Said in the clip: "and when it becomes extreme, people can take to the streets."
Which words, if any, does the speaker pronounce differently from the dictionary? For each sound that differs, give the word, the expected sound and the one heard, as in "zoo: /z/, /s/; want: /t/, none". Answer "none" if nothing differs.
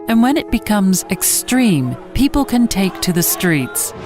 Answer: none